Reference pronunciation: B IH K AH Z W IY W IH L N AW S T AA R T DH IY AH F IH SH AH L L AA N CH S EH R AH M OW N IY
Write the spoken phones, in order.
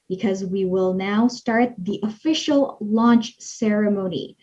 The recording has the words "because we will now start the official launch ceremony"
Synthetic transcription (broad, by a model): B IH K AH Z W IY W IH L N AW S T AA R T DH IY AH F IH SH AH L L AA N CH S EH R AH M OW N IY